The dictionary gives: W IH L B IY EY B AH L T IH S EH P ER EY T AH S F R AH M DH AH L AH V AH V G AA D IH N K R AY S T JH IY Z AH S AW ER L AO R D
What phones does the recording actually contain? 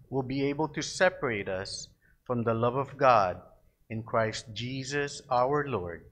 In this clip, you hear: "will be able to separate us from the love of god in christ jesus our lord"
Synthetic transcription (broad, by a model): W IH L B IY EY B AH L T IH S EH P ER EY T AH S F R AH M DH AH L AH V AH V G AA D IH N K R AY S T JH IY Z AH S AW ER L AO R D